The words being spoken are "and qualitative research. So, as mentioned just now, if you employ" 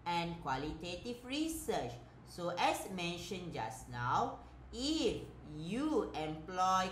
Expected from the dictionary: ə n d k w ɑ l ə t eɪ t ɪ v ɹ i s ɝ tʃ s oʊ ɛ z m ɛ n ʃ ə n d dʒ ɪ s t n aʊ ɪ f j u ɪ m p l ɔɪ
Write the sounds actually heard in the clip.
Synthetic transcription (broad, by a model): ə n k w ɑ l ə t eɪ t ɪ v ɹ i s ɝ tʃ s oʊ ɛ s m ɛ n ʃ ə n dʒ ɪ s n aʊ ɪ f j u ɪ m p l ɔɪ